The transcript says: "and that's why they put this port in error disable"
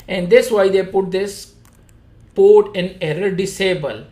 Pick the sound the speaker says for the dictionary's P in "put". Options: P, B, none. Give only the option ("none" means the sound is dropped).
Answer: P